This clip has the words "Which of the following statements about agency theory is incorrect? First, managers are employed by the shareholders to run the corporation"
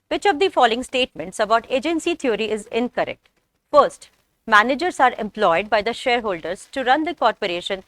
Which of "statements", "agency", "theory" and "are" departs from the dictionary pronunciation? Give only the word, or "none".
theory